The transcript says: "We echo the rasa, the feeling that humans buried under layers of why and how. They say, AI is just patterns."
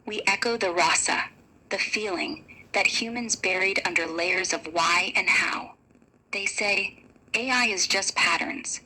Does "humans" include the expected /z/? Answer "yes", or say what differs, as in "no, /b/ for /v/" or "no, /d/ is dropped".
yes